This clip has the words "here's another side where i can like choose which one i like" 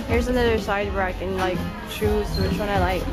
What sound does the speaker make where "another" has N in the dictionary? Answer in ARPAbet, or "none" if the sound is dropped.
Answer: N